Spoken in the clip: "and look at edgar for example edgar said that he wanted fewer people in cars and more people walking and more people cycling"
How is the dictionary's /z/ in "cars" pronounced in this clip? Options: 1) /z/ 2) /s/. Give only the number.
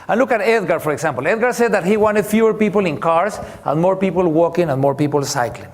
2